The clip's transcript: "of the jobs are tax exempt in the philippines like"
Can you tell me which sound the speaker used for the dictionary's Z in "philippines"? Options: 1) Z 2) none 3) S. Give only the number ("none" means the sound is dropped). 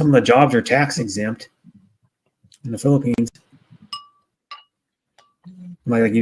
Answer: 1